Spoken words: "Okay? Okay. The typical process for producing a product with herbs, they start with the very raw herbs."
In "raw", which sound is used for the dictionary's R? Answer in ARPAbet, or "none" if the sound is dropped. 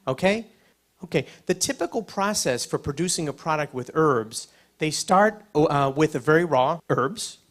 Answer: R